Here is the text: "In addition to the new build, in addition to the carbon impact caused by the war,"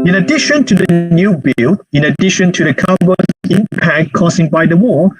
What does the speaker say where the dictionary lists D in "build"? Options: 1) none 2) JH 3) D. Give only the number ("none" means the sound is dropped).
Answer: 1